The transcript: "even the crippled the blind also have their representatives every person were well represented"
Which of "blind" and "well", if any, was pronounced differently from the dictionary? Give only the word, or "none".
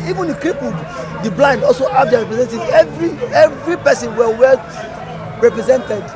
none